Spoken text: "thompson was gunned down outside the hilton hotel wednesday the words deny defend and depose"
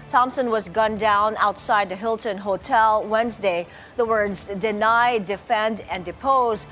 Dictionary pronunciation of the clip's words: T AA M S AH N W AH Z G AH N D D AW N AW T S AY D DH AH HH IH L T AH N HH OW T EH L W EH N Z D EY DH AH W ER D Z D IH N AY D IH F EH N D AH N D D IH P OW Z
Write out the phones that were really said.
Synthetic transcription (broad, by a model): T AA M S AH N W AH Z G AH N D D AW N AW T S AY D DH AH HH IH L T AH N HH OW T EH L W EH N Z D EY DH AH W ER D Z D IH N AY D IH F EH N D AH N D D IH P OW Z